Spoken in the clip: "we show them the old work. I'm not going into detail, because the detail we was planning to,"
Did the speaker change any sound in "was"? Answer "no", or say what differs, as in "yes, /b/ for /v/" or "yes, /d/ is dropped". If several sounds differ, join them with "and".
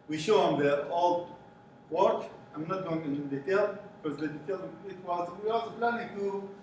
yes, /s/ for /z/